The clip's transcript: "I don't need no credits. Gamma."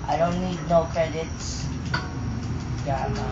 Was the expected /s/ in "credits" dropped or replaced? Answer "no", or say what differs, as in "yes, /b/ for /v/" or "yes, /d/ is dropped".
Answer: no